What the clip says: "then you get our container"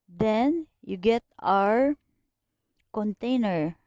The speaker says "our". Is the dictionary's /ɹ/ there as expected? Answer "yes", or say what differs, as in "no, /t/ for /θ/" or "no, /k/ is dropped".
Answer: yes